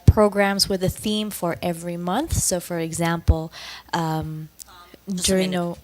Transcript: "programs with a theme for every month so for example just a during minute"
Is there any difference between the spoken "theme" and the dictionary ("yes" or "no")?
no